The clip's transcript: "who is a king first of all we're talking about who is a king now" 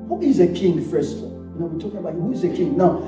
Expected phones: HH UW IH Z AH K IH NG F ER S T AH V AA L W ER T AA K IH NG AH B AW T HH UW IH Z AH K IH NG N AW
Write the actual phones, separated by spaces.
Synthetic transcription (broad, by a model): HH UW IH Z AH K IH NG F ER S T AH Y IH N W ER T AA K IH NG AH B AW T HH UW IH Z AH K IH NG N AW